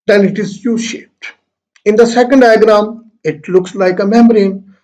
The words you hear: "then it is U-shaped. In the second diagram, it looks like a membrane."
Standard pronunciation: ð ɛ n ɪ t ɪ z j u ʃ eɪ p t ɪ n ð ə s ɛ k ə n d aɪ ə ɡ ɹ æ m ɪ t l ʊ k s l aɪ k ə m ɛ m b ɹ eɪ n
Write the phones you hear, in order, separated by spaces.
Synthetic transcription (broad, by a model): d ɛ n ɪ t ɪ z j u ʃ eɪ p t ɪ n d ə s ɛ k ə n d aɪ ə ɡ ɹ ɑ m ɪ t l ʊ k s l aɪ k ə m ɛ m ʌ ɹ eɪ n